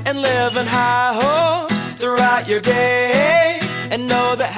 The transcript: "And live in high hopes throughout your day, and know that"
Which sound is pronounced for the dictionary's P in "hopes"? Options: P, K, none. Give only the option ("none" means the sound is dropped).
none